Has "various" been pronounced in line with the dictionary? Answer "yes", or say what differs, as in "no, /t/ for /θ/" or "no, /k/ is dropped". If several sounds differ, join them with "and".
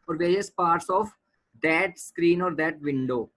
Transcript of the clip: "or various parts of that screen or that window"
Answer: yes